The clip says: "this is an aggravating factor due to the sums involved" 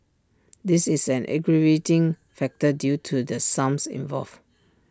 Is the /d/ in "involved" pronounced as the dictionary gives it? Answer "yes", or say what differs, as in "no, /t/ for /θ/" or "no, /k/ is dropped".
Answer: no, /d/ is dropped